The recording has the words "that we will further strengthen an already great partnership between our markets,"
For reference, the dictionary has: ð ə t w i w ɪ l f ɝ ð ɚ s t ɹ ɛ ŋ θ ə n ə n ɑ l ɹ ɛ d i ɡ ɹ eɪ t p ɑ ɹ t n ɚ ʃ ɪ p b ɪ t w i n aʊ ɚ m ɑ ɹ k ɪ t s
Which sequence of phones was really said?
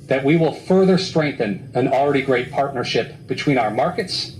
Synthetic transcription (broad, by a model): ð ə t w i w ɪ l f ɝ ð ɚ s t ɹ ɛ ŋ θ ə n ə n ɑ l ɹ ɛ d i ɡ ɹ eɪ t p ɑ ɹ t n ɚ ʃ ɪ p b ɪ t w i n aʊ ɚ m ɑ ɹ k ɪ t s